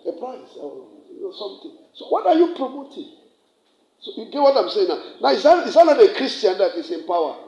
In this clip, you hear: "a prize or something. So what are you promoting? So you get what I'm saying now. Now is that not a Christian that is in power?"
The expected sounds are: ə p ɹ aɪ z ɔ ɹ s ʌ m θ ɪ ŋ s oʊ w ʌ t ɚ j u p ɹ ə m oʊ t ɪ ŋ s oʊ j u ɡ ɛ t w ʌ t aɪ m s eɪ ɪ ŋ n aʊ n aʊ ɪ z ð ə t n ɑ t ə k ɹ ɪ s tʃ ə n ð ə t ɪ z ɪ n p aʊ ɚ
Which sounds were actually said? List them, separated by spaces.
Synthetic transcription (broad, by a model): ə p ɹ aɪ s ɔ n s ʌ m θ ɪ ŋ s oʊ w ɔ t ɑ j u p ɹ ə m oʊ t ɪ ŋ s oʊ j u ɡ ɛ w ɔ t aɪ m s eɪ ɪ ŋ n aʊ n aʊ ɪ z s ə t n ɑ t ə k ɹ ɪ s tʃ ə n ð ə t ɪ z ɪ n p aʊ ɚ